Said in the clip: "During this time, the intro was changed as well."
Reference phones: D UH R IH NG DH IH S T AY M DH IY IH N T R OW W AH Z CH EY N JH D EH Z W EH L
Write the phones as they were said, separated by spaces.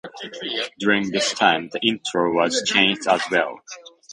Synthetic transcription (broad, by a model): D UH R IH NG DH IH S T AY M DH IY IH N T R OW W AH Z CH EY N JH D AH Z W EH L